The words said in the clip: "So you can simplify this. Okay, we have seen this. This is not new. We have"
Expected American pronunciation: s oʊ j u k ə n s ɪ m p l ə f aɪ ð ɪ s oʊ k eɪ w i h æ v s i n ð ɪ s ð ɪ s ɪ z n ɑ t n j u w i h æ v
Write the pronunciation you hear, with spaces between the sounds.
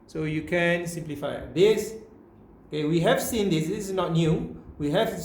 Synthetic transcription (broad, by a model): s oʊ j u k ə n s ɪ m p l ə f aɪ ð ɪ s oʊ k eɪ w i h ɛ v s i n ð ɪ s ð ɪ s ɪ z n ɑ t n j u w i h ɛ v